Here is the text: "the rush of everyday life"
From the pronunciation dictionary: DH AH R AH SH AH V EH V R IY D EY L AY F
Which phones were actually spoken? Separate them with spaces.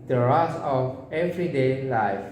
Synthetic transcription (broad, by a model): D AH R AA S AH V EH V R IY D EY L AY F